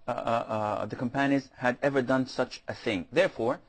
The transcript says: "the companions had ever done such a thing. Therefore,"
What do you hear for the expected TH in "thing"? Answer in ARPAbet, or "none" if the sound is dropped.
TH